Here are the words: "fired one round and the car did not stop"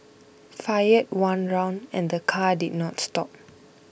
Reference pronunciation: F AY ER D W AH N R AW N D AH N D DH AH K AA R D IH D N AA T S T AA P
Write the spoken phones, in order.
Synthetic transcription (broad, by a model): F AY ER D W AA N R AW N D AH N D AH K AA D IH D N AA T S T AA P